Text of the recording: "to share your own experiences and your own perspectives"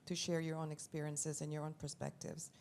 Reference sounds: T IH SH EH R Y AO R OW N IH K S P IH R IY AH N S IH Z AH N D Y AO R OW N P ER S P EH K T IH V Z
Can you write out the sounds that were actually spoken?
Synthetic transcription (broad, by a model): T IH SH EH R Y AO R OW N IH K S P IH R IY AH N S IH Z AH N Y AO R OW N P ER S P EH K T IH V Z